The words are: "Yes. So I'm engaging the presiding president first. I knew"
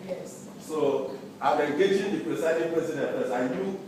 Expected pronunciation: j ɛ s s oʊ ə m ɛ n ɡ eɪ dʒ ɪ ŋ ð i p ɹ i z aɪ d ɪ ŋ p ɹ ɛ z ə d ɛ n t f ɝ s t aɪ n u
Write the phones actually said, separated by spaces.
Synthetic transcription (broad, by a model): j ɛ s s oʊ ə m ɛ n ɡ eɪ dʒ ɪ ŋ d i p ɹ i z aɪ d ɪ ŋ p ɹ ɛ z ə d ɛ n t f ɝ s aɪ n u